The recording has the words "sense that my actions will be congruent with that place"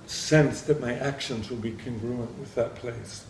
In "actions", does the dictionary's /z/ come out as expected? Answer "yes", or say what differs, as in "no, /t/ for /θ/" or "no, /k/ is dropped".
yes